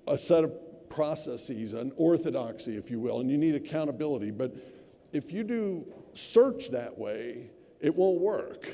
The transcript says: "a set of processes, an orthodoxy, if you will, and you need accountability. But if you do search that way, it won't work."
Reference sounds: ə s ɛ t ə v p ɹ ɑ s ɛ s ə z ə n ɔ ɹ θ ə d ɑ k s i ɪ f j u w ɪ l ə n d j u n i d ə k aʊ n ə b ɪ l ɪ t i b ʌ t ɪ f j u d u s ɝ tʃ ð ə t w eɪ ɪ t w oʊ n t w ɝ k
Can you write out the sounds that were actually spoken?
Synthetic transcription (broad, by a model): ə s ɛ t ə v p ɹ ɑ s ɛ s ə z ə n ɔ ɹ θ ə d ɑ k s i ɪ f j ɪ w ɪ l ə n j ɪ n i d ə k aʊ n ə b ɪ l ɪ t i b ʌ t ɪ f j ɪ d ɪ s ɝ tʃ ð ə t w eɪ ɪ t w oʊ n t w ɝ k